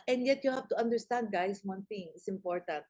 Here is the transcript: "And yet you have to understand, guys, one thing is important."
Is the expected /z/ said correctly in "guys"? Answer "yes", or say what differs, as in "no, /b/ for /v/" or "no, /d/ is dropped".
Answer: no, /s/ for /z/